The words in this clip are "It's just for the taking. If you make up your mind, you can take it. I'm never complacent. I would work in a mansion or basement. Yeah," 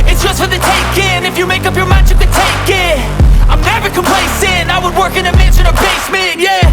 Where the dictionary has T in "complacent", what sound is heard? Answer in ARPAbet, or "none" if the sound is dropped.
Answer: none